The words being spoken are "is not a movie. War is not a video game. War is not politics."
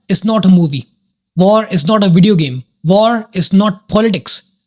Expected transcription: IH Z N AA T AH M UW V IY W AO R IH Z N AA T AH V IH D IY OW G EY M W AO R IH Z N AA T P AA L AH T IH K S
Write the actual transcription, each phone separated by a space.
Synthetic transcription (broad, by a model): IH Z N AA T AH M UW V IY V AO R IH Z N AA T AH V IH D IY OW G EY M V AO R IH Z N AA T P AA L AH T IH K S